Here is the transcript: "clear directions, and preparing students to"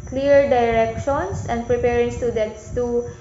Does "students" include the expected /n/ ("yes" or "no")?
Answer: no